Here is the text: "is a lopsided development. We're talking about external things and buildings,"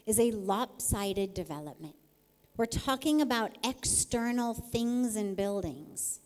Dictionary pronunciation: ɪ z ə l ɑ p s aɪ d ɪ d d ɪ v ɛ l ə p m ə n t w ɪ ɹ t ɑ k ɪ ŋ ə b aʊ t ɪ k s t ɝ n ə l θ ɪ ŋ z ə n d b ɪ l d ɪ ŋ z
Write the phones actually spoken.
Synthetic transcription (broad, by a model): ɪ z ə l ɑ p s aɪ d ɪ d d ɪ v ɛ l ə p m ə n t w ɪ ɹ t ɑ k ɪ ŋ ə b aʊ t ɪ k s t ɝ n l θ ɪ ŋ z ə n b ɪ l d ɪ ŋ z